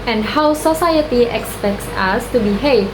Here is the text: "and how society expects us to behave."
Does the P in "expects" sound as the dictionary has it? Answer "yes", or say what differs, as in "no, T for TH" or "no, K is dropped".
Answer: yes